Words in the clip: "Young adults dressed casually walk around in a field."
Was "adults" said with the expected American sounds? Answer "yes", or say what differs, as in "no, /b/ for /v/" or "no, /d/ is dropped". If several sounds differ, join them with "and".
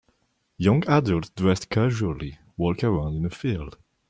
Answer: no, /s/ is dropped